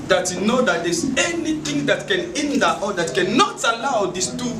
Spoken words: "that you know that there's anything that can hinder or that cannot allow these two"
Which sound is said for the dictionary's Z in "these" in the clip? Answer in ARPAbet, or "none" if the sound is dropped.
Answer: S